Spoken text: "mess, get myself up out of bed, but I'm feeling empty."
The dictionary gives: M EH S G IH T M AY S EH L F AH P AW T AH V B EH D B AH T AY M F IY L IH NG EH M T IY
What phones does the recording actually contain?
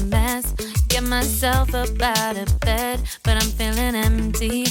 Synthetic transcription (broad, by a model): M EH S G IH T M AY S EH L F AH B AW T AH B EH D B AH T AY M F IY L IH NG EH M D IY